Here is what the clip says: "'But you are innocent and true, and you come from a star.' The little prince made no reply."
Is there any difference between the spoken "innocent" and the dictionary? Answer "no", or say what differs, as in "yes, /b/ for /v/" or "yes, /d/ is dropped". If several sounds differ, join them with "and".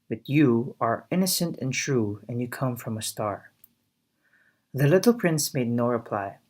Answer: no